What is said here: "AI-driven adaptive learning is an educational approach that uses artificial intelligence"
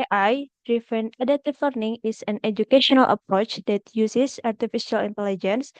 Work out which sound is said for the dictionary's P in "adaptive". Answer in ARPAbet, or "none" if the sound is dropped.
none